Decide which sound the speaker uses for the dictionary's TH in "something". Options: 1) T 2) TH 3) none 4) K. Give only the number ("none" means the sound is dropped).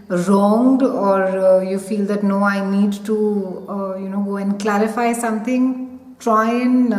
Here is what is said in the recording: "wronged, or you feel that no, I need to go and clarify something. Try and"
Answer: 1